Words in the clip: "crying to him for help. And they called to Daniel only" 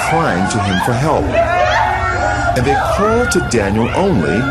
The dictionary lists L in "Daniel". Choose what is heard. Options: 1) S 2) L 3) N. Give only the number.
2